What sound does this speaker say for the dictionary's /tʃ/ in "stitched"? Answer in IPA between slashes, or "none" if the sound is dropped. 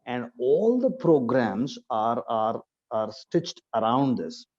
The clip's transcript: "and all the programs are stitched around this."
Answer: /tʃ/